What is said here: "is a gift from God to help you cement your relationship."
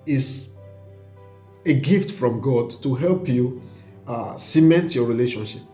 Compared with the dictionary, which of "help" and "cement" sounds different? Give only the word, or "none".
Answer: none